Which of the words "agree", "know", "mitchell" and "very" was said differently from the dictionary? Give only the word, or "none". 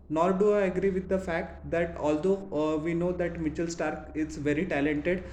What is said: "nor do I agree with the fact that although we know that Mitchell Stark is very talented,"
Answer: none